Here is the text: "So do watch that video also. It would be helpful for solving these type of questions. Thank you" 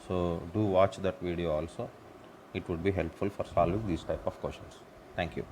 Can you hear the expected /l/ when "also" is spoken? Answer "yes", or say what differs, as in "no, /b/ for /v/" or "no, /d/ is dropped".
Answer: yes